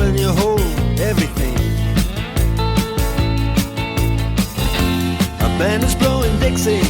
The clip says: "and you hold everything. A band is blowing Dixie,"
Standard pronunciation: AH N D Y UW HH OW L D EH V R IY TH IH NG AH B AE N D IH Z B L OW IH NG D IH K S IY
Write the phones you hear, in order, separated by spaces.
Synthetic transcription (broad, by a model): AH N Y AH HH OW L EH V R IY TH IH NG AH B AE N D IH Z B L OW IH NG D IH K S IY